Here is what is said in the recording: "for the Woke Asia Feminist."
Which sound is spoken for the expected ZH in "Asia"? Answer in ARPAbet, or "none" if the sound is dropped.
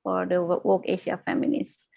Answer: SH